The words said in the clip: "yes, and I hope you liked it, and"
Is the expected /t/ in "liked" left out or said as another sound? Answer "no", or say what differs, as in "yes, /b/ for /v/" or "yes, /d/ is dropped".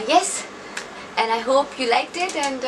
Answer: no